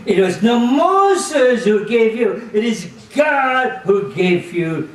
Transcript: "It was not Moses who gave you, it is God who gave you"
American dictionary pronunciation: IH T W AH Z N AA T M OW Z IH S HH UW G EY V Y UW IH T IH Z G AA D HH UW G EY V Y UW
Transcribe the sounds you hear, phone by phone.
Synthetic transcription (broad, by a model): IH T W AH Z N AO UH M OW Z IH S HH UW G EY V Y UW IH T IH Z G AA D HH UW G EY V Y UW